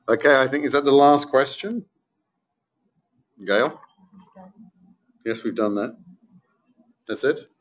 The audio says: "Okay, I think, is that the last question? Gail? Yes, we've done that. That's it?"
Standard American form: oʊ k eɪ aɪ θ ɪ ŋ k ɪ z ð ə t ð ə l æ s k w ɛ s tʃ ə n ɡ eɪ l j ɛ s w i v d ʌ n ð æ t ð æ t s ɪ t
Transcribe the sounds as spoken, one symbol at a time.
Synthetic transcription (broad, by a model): oʊ k eɪ aɪ θ ɪ ŋ k ɪ z ð ə t ð ə l æ s k w ɛ s tʃ ə n ɡ eɪ l j ɛ s w i v d ʌ n ð æ t ð æ t s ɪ t